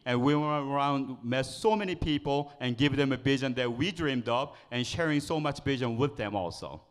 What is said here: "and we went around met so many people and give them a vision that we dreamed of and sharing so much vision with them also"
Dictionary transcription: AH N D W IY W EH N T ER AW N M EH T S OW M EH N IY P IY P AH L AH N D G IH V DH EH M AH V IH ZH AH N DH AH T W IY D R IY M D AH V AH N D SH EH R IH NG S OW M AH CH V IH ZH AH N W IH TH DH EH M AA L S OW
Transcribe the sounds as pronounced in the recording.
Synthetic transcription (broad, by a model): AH N W IY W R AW N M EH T S OW M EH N IY P IY P AH L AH N G IH V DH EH M AH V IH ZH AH N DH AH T W IY D R IY M D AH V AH N SH EH R IH NG S OW M AH CH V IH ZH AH N W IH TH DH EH M AA L S OW